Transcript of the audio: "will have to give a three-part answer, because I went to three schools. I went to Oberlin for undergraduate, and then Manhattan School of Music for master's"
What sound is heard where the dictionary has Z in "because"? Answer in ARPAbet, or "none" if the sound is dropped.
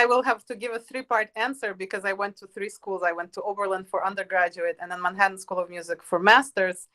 Z